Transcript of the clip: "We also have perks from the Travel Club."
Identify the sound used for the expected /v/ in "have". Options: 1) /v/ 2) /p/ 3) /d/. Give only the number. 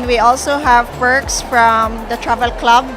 1